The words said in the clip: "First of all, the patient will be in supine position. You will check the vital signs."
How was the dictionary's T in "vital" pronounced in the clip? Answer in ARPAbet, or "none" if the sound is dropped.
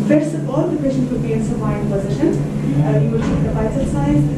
S